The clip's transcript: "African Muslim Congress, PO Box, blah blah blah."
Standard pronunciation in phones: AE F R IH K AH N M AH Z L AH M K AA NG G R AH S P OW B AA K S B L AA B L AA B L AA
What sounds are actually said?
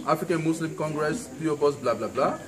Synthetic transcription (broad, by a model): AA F R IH K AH N M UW S L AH M K AA NG G R AH S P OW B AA S B L AA B L AA B L AA